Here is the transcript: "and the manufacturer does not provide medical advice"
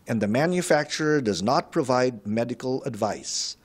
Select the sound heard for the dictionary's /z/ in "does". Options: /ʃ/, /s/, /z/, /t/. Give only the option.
/z/